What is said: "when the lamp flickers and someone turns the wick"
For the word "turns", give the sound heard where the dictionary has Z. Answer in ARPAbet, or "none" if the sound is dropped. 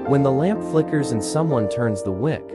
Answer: Z